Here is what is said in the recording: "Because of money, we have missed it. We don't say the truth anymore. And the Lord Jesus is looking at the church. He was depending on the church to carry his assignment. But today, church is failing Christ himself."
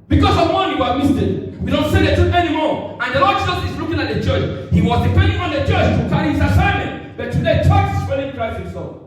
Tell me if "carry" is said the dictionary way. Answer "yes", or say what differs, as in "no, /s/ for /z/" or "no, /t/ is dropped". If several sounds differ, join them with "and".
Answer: no, /ɹ/ is dropped